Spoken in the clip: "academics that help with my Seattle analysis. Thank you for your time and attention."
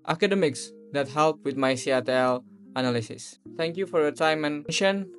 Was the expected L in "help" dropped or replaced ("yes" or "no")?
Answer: no